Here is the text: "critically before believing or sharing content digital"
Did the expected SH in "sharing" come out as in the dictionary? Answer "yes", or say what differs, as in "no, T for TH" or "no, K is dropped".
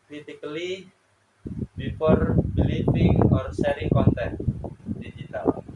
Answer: no, S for SH